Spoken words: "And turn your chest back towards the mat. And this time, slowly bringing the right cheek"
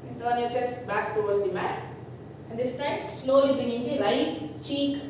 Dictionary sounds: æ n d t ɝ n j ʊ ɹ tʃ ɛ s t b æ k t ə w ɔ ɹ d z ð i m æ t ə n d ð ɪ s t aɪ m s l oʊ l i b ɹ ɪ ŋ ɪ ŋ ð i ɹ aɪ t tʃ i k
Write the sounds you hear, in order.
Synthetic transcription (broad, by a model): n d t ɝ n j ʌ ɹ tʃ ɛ s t b æ k t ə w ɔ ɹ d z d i m æ t ə n d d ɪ s t aɪ m s l oʊ l i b ɪ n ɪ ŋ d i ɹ aɪ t tʃ i k